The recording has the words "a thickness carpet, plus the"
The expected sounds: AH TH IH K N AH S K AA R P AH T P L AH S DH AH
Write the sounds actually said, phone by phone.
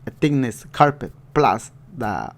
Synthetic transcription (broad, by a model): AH T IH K N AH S K AA R P AH T P L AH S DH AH